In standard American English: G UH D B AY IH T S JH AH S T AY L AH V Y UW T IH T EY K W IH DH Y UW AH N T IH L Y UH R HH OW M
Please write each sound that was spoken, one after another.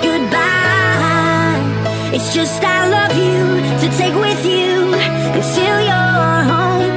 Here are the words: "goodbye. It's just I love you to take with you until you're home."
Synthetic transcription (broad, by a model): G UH D B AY IH T S JH AH S T AY L AH V Y UW T IH T EY K W IH DH Y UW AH T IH L Y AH R HH OW M